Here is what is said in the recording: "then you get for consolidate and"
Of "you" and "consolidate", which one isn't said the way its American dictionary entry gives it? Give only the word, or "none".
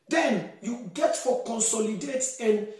none